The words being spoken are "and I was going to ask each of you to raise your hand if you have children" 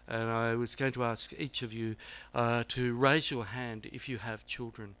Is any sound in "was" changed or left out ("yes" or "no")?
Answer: no